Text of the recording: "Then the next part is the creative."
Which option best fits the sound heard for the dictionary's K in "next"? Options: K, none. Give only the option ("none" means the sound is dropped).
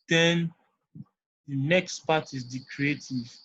K